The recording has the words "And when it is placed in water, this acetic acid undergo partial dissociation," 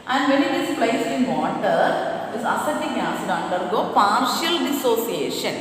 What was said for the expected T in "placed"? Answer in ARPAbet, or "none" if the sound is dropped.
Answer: none